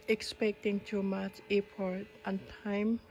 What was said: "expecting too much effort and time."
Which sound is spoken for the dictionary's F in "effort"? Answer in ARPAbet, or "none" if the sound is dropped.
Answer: P